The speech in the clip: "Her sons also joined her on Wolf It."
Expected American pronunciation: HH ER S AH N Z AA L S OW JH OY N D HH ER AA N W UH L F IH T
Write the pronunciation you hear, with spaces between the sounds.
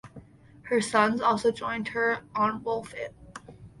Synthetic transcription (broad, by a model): HH ER S AH N Z AA L S OW JH OY N D HH ER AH N W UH L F IH T